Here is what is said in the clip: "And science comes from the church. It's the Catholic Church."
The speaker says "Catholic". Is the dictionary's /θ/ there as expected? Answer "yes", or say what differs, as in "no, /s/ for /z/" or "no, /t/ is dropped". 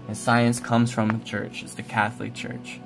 yes